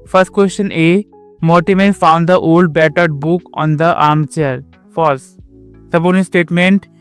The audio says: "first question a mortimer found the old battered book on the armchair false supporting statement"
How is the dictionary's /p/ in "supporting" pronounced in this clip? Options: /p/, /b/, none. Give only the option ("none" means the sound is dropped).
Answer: /b/